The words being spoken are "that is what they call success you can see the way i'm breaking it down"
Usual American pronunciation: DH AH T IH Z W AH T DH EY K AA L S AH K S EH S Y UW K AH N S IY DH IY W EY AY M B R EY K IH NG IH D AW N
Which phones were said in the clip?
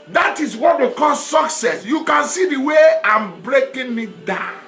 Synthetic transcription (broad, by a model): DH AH T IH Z W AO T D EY K AA L S AH K S EH S Y UW K AH N S IY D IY W EY AY M B R EY K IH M IH D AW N